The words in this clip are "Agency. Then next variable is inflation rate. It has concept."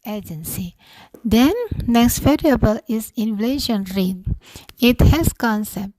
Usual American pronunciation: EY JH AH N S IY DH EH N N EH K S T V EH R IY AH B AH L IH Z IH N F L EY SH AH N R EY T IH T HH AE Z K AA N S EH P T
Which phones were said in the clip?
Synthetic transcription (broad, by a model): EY JH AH N S IY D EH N N EH K S T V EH R IY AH B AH L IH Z IH N F L EY SH AH N R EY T IH T HH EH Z K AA N S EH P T